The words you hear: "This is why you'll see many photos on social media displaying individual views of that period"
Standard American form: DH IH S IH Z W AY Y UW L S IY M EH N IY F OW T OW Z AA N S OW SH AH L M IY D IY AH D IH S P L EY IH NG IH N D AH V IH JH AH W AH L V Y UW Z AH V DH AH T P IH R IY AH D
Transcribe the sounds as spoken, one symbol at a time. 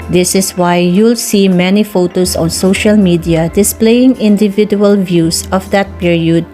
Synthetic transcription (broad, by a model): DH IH S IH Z W AY Y UW L S IY M EH N IY F OW T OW S AA N S OW SH AH L M IY D IY AH D IH S P L EY IH NG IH N D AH V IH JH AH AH L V Y UW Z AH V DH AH T P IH R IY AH D